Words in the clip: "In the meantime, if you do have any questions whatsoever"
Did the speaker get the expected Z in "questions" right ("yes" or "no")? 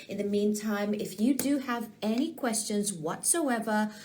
yes